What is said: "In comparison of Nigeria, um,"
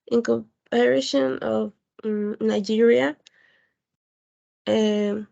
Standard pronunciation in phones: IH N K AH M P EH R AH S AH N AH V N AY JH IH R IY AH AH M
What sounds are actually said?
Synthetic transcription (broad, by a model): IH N K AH P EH R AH SH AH N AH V N AY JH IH R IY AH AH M